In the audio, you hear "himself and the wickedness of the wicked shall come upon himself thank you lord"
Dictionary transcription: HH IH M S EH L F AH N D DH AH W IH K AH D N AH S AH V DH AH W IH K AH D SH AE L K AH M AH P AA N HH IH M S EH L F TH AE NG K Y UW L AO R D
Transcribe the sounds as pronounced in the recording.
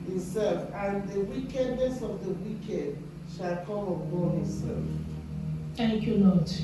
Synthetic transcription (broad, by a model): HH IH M S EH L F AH N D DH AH W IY K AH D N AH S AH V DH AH W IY K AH D SH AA L K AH M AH B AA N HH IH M S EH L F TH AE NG K Y UW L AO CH